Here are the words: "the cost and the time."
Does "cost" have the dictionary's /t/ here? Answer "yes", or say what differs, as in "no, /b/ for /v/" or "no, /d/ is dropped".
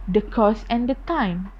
no, /t/ is dropped